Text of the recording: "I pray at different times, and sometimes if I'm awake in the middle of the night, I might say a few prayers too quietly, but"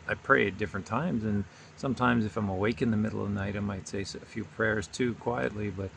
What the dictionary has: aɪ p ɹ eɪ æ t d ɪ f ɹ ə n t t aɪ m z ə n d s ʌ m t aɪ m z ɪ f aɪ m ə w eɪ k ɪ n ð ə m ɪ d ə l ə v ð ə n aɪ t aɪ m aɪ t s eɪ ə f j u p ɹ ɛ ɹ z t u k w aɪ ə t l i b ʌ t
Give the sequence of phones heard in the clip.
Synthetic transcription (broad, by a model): aɪ p ɹ eɪ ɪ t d ɪ f ɹ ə n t t aɪ m z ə n s ʌ m t aɪ m z ɪ f aɪ m ə w eɪ k ɪ n ð ə m ɪ d l ə v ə n aɪ t aɪ m aɪ t s eɪ ə f j u p ɹ ɛ ɹ z t u k w aɪ ə t l i b ʌ t